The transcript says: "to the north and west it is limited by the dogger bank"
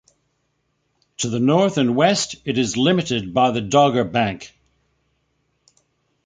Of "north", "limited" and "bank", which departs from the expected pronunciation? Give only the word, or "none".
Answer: none